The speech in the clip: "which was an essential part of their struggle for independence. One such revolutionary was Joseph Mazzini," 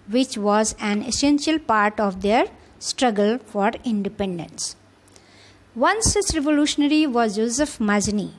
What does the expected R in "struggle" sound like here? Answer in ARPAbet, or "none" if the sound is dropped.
R